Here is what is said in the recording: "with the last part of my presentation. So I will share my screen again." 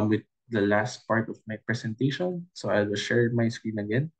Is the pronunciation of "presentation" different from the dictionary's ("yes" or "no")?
yes